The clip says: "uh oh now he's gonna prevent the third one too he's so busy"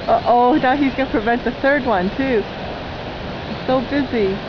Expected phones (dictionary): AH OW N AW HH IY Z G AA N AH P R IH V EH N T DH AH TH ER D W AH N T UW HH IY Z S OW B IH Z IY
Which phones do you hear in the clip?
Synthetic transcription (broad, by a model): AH OW N AW HH IY Z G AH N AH P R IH V EH N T DH AH TH ER D W AH N T UW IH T S OW B IH Z IY